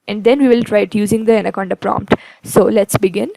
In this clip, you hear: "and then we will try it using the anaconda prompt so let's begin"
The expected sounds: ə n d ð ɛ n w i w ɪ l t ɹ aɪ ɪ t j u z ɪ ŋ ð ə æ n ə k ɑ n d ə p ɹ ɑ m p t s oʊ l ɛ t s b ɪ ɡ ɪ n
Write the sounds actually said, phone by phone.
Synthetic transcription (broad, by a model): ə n d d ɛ n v i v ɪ l t ɹ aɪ ɪ t j u z ɪ ŋ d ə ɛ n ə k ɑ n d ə p ɹ ɑ m p t s oʊ l ɛ t s b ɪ ɡ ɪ n